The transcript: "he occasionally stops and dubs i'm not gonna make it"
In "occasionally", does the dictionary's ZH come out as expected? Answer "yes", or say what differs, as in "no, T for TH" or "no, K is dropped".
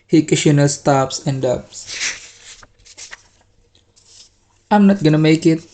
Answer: no, SH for ZH